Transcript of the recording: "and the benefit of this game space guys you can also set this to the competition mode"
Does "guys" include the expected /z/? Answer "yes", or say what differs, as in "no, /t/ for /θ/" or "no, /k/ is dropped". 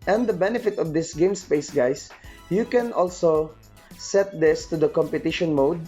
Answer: no, /s/ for /z/